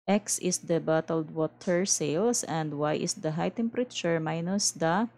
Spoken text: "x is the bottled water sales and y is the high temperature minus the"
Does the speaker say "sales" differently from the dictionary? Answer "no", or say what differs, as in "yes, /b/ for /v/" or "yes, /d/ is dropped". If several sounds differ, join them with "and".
yes, /s/ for /z/